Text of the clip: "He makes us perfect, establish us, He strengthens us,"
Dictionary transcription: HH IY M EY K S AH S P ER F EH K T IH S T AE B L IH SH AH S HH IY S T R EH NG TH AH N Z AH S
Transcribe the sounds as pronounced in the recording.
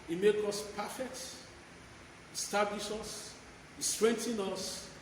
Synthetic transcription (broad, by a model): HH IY M EY K AO S P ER F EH K T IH S T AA B L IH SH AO S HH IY S T R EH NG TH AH N AO S